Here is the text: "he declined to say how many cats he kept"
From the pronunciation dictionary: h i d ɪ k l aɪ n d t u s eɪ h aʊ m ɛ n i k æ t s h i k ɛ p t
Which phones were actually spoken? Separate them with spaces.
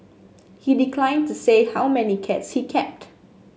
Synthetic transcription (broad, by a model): h i d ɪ k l aɪ n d t u s eɪ h aʊ m ɛ n i k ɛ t s h i k ɛ p t